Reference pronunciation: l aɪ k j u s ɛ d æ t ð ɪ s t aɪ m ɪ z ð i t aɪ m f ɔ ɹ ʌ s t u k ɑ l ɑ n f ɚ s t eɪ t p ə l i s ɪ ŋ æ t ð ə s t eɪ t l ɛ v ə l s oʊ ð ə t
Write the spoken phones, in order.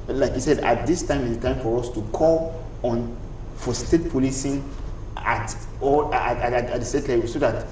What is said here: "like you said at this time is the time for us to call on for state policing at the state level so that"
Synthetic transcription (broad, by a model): l aɪ k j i s ɛ d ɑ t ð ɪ s t aɪ m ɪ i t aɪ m f ɔ ɹ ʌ s t u k ɑ l ɑ n f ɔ s t eɪ t p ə l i s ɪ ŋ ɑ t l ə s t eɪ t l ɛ w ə s oʊ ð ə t